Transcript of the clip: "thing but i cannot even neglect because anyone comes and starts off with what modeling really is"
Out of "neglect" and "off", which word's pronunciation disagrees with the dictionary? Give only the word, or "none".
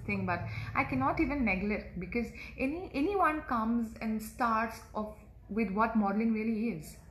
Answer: neglect